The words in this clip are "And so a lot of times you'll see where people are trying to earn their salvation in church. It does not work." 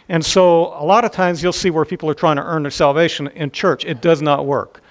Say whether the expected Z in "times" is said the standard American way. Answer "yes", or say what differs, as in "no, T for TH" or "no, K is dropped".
yes